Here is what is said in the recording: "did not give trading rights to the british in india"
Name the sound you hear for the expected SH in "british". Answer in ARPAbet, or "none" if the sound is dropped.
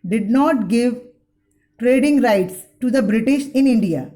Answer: SH